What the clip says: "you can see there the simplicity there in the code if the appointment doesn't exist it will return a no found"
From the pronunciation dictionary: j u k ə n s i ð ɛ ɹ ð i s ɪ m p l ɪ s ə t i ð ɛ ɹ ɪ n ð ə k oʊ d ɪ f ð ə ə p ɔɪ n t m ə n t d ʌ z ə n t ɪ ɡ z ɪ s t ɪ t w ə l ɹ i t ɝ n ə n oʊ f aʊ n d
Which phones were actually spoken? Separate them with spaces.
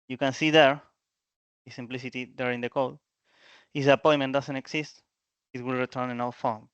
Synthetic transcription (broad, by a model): j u k ə n s i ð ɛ ɹ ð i s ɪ m p l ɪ s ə t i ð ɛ ɹ ɪ n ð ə k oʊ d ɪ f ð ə p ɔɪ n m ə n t d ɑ s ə n t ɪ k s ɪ s t ɪ t w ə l ɹ i t ɝ n ə n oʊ f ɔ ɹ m